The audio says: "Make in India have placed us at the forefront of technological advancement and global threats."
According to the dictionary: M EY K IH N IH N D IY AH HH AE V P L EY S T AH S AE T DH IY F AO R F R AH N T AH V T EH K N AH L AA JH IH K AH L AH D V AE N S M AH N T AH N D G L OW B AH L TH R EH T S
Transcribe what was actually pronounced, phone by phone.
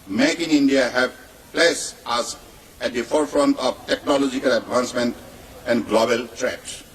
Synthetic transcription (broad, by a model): M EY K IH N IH N D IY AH HH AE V P L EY S AH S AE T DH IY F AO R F R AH N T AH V T EH K N AH L AA JH IH K AH L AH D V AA N S M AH N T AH N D G L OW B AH L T R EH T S